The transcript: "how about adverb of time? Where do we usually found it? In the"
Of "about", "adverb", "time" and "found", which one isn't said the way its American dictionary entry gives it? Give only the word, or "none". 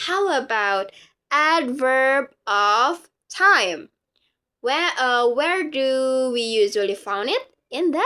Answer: none